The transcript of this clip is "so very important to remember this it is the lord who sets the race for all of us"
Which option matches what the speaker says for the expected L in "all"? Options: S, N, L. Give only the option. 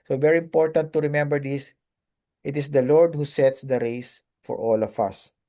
L